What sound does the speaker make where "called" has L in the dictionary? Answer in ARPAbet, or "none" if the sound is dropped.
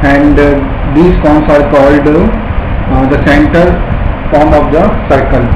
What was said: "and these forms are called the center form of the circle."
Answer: L